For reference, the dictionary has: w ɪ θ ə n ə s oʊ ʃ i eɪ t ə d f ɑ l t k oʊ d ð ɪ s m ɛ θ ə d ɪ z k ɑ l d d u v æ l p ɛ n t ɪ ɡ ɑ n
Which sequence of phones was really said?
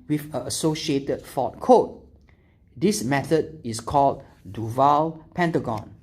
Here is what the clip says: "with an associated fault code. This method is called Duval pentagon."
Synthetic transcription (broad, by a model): w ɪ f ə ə s oʊ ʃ i eɪ t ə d f ɑ t k oʊ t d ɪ s m ɛ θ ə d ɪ s k ɑ l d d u v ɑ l p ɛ n t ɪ ɡ ɑ n